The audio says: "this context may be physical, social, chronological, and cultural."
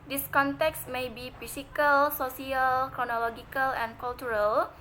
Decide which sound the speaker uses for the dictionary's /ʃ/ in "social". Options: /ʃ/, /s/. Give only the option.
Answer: /s/